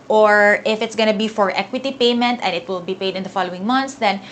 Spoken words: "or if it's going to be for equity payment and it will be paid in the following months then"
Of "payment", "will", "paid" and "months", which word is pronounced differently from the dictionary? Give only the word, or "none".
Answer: months